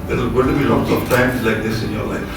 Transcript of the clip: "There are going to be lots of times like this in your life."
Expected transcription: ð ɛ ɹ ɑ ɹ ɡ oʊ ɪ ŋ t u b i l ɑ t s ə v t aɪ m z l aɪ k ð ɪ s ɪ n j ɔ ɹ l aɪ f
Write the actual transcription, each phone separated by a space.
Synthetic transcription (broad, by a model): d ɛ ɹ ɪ l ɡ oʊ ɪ t u b i l ɑ t s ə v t aɪ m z l aɪ k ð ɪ s ɪ n j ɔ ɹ l aɪ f